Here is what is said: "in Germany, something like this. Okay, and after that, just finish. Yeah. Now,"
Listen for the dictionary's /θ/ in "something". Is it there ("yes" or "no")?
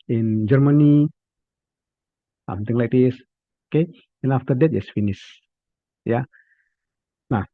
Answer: no